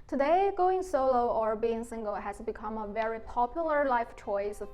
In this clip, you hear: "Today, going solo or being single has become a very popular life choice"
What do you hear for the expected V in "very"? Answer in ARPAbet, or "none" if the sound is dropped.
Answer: V